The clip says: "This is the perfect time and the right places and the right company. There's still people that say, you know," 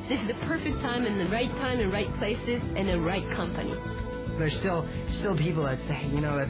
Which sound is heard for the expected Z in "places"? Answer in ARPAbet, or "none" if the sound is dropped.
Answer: Z